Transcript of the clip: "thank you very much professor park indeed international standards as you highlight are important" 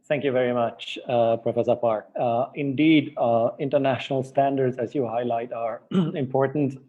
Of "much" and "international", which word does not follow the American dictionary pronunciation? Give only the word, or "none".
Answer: none